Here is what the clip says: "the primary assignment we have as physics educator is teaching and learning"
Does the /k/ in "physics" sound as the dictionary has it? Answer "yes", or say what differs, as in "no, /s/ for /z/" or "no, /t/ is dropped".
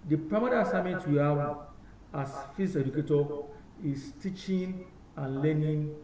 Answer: no, /k/ is dropped